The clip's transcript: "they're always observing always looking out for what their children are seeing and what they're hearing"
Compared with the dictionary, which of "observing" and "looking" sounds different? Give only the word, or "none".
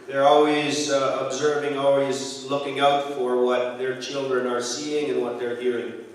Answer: none